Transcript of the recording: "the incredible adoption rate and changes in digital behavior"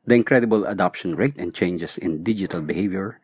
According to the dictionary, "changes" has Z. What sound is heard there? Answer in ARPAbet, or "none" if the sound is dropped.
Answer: S